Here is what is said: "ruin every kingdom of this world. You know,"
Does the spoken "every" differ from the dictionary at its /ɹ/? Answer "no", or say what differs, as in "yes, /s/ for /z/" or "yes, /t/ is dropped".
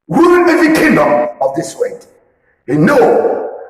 yes, /ɹ/ is dropped